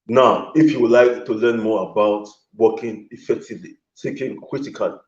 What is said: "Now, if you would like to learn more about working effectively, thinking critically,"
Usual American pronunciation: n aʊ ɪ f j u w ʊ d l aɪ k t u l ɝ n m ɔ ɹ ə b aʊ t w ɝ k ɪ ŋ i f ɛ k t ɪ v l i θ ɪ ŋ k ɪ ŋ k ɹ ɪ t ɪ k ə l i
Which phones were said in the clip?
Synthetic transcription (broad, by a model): n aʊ ɪ f j u w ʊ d l aɪ k t u l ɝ n m ɔ ə b aʊ t w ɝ k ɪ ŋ i f ɛ k t ɪ v l i s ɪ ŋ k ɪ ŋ k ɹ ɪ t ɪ k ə l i